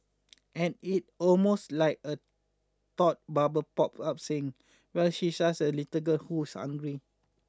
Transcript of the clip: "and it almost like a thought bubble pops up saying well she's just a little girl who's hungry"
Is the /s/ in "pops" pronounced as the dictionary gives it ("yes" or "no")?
no